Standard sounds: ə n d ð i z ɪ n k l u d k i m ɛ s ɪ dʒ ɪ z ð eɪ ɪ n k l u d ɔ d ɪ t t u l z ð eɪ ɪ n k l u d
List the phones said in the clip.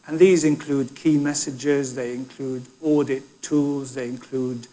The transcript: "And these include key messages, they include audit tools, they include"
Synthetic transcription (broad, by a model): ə n ð i z ɪ n k l u d k i m ɛ s ɪ dʒ ɪ z ð eɪ ɪ n k l u d ɔ d ɪ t t u l z ð eɪ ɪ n k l u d